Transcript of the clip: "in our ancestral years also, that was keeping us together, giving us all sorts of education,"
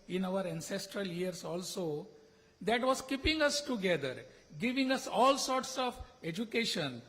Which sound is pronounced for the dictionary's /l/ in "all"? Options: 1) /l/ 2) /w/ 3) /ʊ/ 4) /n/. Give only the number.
1